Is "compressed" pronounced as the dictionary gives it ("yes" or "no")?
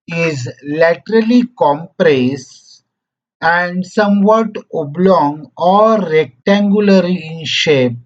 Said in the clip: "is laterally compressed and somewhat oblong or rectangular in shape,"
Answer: no